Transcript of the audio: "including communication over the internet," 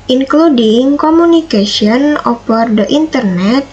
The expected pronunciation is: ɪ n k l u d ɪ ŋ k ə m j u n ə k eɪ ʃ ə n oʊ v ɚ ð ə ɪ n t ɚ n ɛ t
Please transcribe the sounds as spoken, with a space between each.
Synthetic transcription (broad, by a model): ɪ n k l u d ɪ ŋ k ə m u n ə k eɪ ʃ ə n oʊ p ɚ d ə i n t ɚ n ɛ t